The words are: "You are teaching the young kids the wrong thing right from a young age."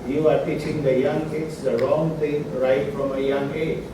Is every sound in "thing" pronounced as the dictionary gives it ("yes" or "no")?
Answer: no